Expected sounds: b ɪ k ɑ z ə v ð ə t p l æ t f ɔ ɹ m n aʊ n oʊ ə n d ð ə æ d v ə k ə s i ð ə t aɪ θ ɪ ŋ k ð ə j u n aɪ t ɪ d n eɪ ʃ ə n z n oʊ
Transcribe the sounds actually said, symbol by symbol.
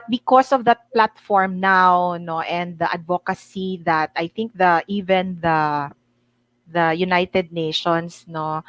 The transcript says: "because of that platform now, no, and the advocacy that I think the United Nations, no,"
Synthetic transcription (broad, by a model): b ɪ k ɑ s ə v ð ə t p l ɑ t f ɔ ɹ m n aʊ n oʊ ə n d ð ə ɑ d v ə k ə s i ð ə t aɪ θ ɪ ŋ k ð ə j u n aɪ t ɪ d n eɪ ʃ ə n s n oʊ